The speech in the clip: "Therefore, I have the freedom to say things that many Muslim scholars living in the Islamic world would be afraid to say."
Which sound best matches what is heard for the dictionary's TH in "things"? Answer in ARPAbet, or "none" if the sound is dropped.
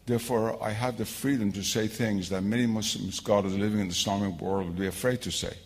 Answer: TH